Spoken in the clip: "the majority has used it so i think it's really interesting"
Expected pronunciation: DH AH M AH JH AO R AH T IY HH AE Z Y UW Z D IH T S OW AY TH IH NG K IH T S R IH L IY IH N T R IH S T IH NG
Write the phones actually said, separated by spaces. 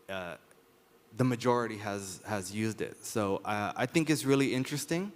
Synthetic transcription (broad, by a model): DH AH M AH JH AO R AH T IY HH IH Z Y UW Z D IH T S OW AY TH IH NG K IH T S R IH L IY IH N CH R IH S T IH NG